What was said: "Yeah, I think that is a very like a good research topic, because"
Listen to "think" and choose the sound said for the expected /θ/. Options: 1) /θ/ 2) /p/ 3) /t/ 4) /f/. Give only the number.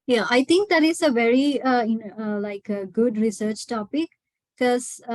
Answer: 3